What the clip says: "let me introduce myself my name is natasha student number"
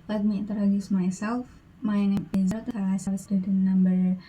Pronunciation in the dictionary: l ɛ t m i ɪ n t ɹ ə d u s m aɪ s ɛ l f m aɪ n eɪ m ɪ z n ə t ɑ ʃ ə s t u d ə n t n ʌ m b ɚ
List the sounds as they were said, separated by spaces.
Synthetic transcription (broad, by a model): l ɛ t m i ɪ n t ɹ ə d u s m aɪ s ɛ l f m aɪ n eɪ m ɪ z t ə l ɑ s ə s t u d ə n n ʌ m b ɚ